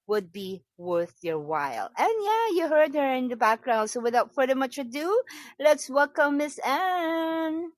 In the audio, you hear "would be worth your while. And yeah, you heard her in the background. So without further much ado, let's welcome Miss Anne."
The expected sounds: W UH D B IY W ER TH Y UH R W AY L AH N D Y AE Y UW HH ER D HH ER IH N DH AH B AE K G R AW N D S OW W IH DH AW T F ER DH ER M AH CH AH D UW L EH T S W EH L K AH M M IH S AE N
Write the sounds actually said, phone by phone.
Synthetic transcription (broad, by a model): W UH D B IY W ER TH Y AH R W AY L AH N Y AE Y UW HH ER D HH ER IH N DH AH B AE K G R AW N D S OW W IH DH AW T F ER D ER M AH CH AH D UW L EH T S W EH L K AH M M IH S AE N